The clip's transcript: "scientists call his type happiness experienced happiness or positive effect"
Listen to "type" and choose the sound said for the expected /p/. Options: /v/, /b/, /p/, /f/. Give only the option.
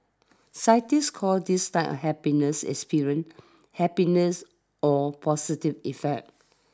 /f/